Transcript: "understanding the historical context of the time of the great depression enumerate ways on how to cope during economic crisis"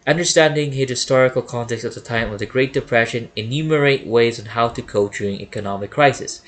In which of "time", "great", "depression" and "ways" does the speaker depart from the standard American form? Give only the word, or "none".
none